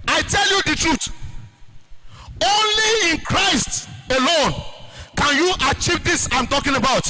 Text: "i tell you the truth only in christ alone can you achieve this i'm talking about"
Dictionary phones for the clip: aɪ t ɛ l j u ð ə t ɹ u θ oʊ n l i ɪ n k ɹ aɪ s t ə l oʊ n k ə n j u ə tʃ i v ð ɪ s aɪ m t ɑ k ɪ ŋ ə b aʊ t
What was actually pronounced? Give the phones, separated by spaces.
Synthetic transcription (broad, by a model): aɪ t ɛ l j u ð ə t ɹ u t oʊ n l i ɪ n k ɹ aɪ s t ə l oʊ n k ə n j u ə tʃ i v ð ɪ s aɪ m t ɑ k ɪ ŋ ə b aʊ t